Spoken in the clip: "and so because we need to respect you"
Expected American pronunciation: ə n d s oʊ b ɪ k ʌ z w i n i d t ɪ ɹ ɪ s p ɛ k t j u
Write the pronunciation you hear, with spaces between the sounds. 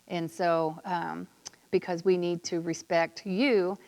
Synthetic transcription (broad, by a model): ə n s oʊ b ɪ k ʌ z w i n i d t ɪ ɹ ɪ s p ɛ k t j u